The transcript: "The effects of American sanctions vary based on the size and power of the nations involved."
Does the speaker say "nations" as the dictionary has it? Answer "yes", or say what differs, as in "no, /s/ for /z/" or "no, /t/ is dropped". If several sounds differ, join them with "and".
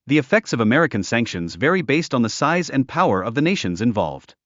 yes